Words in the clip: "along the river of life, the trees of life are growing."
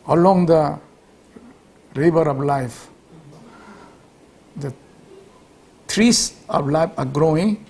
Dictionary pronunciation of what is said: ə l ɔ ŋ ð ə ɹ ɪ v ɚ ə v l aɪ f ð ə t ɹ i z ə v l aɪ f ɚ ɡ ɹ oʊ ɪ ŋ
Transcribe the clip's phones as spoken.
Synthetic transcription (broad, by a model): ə l ɔ ŋ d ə ɹ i b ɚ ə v l aɪ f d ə t ɹ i s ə p l aɪ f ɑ ɡ ɹ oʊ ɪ ŋ